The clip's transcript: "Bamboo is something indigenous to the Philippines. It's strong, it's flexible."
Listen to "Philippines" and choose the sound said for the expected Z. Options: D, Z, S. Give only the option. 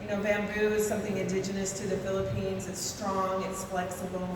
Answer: Z